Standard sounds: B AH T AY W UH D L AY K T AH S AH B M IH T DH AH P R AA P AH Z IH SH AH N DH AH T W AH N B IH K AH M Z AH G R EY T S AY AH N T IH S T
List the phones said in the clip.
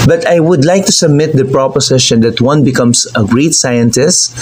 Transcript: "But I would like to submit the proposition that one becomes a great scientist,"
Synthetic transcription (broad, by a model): B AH T AY W UH D L AY K T AH S AH B M IH T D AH P R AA P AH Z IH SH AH N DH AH T W AH N B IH K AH M S AH G R EY T S AY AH N T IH S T